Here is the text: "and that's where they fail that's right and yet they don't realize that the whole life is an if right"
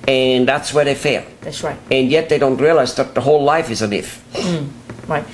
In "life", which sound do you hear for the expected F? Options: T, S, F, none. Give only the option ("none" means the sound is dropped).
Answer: F